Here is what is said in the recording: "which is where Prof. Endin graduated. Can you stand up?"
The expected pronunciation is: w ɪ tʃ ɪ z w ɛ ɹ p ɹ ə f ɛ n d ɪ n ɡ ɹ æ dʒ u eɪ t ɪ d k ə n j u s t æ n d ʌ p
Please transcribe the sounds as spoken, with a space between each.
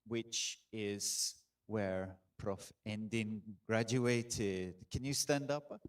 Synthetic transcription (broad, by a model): w ɪ tʃ ɪ z w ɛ ɹ p ɹ ə f ɛ n d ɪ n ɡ ɹ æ dʒ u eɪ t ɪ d k ə n j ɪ s t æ n d ʌ p